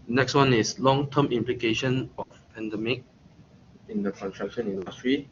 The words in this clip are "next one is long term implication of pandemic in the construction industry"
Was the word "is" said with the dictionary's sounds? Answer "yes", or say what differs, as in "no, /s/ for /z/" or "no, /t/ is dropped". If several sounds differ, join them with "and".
no, /s/ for /z/